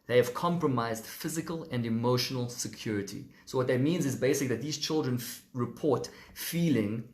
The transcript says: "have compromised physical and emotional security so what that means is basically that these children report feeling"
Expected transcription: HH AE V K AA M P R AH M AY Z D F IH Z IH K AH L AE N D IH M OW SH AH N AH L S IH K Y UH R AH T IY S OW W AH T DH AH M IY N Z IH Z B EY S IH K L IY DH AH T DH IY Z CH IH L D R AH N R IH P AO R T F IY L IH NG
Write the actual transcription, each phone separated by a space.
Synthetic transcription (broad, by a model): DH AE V K AA M P R AH M AY Z D F IH Z IH K AH L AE N D IH M OW SH AH N AH L S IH K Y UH R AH T IY S OW W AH T DH AH M IY N Z IH Z B EY S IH K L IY DH AH T DH IY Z CH IH L D R AH N R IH P AO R T F IY L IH NG